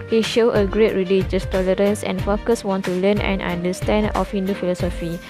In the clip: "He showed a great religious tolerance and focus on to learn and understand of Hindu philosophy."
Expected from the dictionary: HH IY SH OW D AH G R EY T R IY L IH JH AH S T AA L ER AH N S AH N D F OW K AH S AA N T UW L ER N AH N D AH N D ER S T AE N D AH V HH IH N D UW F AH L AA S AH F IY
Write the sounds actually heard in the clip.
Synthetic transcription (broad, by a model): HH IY SH OW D AH G R EY T R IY L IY JH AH S T AA L ER AH N S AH N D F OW K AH S AA N T UW L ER N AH N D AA N D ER S T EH N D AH F HH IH N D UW F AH L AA S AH F IY